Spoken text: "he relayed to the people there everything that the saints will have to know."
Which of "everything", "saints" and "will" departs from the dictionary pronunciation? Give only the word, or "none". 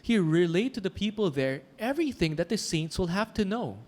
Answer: none